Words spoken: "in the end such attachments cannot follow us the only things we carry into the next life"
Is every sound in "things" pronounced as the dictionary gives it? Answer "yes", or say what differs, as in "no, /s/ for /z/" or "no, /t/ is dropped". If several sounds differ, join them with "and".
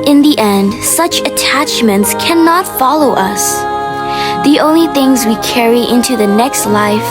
yes